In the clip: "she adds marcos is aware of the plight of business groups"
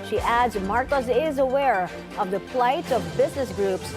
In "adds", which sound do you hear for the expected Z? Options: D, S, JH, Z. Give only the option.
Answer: Z